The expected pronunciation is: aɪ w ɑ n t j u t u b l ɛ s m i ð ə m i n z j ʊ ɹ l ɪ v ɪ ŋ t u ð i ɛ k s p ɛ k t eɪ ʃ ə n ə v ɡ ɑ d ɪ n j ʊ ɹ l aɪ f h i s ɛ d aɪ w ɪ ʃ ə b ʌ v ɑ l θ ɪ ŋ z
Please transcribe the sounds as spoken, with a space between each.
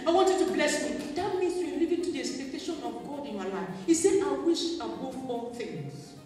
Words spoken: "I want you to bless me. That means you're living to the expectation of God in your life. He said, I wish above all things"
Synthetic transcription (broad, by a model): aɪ w ɑ n t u t u b l ɛ s m i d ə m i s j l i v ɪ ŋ t u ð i ɛ k s p ɛ k t eɪ ʃ ə n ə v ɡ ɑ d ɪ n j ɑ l aɪ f h i s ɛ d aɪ w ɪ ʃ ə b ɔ f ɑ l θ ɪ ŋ